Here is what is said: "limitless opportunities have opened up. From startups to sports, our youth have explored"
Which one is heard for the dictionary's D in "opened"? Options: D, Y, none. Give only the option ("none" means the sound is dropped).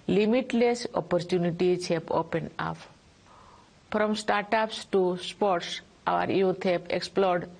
none